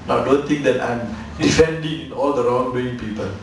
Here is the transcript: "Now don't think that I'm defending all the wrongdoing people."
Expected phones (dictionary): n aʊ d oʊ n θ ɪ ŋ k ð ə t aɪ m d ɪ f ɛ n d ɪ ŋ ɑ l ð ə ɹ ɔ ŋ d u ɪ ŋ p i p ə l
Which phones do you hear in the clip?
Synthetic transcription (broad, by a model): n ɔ d oʊ n t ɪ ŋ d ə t aɪ m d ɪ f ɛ n d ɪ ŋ ɑ l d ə ɹ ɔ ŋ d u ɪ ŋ p i p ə l